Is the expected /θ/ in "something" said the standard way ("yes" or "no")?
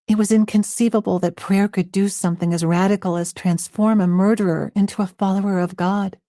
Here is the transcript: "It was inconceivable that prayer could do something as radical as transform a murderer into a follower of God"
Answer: yes